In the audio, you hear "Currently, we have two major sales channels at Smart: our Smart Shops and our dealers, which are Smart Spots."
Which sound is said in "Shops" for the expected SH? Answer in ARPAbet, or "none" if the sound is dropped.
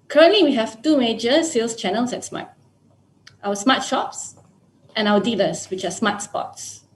SH